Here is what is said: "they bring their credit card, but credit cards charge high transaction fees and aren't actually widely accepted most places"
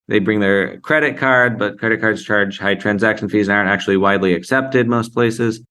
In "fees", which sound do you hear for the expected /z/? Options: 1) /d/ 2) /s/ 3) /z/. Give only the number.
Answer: 3